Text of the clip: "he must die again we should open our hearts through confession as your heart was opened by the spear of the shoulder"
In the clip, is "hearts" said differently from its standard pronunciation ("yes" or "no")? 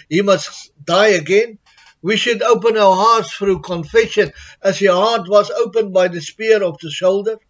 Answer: no